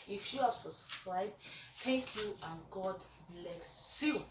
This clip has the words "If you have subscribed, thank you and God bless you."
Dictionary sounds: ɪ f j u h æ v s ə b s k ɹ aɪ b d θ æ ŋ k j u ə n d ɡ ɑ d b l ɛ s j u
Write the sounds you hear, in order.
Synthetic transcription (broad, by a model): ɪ f j u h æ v s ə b s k ɹ aɪ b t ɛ k j u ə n ɡ ɑ d b l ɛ s j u